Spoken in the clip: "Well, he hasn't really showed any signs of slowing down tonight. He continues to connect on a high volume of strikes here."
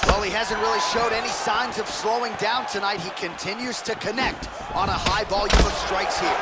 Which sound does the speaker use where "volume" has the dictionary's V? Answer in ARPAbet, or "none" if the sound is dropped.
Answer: B